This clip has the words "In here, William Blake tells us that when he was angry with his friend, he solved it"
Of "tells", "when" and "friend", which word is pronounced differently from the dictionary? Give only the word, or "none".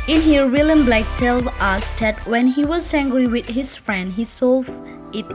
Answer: tells